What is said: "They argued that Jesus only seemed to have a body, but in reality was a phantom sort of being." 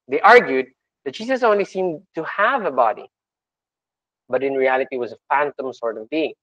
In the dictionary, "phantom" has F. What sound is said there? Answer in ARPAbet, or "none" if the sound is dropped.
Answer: F